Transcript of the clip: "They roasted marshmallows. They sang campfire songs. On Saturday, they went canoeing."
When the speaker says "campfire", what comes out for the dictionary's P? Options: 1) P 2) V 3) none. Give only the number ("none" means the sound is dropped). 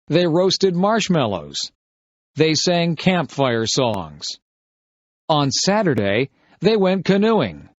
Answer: 1